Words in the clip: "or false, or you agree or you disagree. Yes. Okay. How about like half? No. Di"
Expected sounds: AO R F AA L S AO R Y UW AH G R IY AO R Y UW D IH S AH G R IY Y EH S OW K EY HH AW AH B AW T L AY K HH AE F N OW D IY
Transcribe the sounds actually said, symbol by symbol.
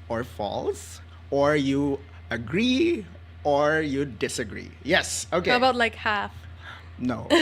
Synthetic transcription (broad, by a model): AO R F AA L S AO R Y UW AH G R IY AO R Y UW D IH S AH G R IY Y EH S OW K EY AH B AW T L AY K HH AE F N OW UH